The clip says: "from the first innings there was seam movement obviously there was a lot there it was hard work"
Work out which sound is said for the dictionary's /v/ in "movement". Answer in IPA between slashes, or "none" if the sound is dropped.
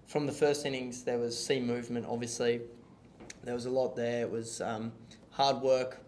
/v/